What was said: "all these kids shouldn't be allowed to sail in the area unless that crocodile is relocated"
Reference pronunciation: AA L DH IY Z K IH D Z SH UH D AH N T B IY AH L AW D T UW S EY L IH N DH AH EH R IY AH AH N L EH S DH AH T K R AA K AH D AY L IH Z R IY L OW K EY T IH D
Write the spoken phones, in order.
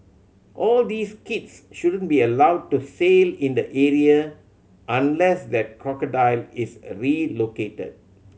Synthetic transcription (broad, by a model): AA L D IY S K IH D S SH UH D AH N B IY AH L AW D T UW S EY L IH N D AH EH R IY AH AH N L EH S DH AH T K R AA K AH D AY L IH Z R IY L OW K EY T IH D